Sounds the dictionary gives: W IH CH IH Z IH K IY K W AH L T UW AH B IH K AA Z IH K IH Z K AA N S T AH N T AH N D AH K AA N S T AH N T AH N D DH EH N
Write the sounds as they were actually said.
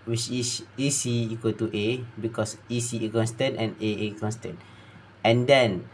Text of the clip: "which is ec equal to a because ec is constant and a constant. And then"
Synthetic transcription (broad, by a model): W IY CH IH S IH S IY K W AH L T UW AH B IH K AA S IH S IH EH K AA N S T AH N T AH N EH AH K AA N S T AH N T AH N D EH N